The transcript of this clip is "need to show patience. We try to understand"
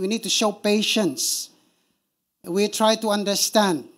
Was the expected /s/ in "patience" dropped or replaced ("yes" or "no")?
no